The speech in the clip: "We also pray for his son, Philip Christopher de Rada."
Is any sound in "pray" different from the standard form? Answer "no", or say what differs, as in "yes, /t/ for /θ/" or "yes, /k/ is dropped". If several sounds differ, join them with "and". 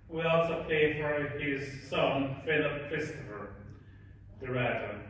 yes, /ɹ/ is dropped